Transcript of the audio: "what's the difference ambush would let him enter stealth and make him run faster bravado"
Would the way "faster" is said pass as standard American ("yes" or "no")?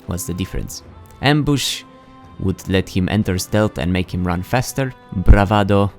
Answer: yes